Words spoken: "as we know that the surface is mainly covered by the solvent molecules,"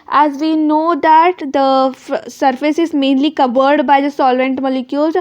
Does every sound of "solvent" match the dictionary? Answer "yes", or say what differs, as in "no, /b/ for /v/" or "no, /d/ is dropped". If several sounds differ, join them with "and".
yes